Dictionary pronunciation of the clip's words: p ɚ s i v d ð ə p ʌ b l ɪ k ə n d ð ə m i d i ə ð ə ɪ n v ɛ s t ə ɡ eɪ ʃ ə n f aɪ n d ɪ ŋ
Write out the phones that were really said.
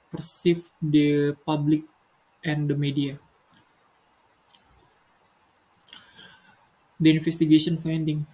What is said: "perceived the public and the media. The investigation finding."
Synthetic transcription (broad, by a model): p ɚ s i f d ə p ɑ b l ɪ k ə n d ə m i d i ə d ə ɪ n f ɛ s t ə ɡ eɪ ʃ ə n f aɪ n d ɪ ŋ